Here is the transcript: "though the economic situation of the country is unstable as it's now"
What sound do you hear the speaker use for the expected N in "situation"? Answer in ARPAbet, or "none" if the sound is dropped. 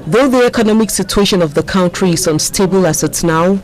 N